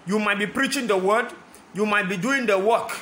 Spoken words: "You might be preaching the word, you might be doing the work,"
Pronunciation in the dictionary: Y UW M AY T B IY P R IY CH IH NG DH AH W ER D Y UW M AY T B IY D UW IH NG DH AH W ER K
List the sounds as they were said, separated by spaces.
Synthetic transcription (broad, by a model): Y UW M AY T B IY P R IY CH IH NG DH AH W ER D Y UW M AY T B IY D UW IH NG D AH W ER K